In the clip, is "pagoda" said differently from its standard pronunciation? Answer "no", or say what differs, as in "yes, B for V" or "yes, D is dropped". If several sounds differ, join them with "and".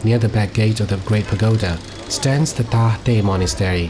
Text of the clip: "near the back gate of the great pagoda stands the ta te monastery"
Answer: no